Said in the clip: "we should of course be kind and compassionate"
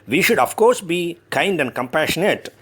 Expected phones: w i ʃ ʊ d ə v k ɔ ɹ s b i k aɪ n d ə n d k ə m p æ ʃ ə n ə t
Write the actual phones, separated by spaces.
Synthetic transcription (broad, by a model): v i ʃ ʊ d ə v k ɔ ɹ s b i k aɪ n d ə n d k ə m p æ ʃ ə n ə t